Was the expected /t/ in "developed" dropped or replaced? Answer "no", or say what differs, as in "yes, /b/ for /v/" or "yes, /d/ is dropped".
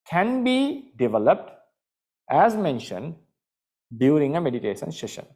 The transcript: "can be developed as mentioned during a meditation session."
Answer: no